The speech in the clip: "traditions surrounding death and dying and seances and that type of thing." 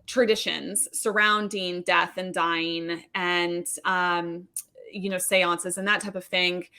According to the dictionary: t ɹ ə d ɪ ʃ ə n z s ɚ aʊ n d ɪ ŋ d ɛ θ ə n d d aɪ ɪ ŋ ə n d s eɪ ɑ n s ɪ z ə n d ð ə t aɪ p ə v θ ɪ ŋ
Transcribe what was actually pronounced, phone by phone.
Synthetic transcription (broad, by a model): t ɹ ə d ɪ ʃ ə n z s ɚ aʊ n d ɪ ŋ d ɛ θ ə n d d aɪ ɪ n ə n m s eɪ ɑ n s ɪ z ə n ð ə t aɪ p ə v θ ɪ ŋ